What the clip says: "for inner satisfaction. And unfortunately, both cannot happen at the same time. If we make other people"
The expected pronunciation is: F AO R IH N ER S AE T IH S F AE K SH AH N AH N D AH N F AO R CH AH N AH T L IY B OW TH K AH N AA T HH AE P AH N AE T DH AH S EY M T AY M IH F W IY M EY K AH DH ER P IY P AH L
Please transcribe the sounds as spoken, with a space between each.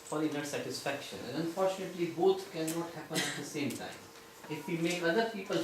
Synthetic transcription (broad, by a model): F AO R IH N ER S AE T IH S F AE K SH AH N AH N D AH N F AO R CH AH N AH T L IY B OW T K AH N AA T HH AE P AH N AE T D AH S EY M T AY M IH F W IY M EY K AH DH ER P IY P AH L